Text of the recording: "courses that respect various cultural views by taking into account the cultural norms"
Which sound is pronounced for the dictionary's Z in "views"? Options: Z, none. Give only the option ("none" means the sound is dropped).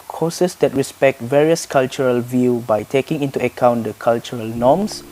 none